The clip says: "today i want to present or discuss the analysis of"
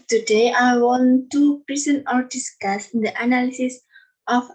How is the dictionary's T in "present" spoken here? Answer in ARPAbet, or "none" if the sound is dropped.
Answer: none